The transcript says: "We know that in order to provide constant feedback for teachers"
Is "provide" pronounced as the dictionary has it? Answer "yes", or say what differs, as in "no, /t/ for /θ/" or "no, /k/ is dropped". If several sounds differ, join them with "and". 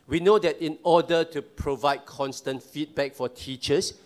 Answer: yes